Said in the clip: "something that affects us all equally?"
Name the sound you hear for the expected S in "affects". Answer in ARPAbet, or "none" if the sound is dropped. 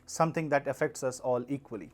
S